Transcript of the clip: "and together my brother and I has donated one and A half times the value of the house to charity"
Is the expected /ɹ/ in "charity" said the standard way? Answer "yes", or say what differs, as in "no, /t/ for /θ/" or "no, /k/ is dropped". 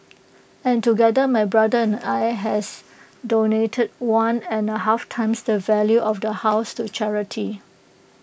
yes